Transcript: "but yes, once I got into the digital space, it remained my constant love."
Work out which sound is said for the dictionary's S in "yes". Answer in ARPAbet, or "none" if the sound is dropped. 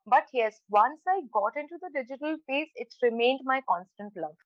S